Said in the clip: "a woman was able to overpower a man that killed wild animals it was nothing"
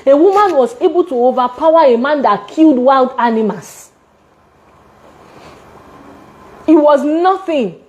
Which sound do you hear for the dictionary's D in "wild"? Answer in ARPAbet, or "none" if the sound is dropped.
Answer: D